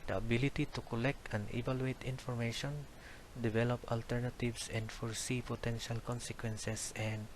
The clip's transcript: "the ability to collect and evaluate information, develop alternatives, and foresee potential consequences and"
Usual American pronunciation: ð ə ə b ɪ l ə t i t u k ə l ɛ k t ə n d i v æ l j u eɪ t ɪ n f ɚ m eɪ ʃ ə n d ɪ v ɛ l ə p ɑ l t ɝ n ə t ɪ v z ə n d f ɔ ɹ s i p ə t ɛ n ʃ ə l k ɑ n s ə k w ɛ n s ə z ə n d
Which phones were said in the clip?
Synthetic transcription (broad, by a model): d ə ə b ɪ l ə t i t u k ə l ɛ k t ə n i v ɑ l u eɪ t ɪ n f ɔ m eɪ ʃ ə n d ɪ v ɛ l ə p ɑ l t ɝ n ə t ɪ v s ə n d f ɔ ɹ s i p ə t ɛ n ʃ ə l k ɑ n s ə k w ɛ n s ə s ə n d